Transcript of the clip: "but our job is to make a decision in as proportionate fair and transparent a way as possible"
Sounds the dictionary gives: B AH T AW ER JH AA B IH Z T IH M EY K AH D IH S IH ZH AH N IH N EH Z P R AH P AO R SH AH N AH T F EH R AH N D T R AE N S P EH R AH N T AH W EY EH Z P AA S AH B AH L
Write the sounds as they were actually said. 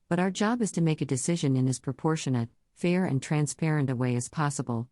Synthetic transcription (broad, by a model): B AH T AW ER JH AA B IH Z T IH M EY K AH D IH S IH ZH AH N IH N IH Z P R AH P AO R SH AH N AH T F EH R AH N T R AE N S P EH R AH N T AH W EY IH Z P AA S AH B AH L